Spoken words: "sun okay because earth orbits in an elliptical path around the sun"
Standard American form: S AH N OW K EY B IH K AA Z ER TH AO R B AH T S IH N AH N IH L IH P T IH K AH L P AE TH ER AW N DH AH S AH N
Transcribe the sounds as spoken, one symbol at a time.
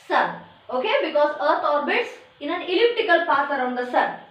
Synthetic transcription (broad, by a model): S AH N OW K EY B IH K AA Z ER T AO R B AH T S IH N AH N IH L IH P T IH K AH L P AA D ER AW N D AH S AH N